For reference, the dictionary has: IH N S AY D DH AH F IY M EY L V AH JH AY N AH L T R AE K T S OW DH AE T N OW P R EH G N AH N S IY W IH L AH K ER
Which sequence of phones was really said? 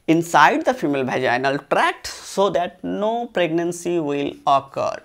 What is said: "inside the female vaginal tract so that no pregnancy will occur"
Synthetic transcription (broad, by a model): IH N S AY D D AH F IY M EY L B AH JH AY N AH L T R AE K T S OW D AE T N OW P R EH G N AH N S IY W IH L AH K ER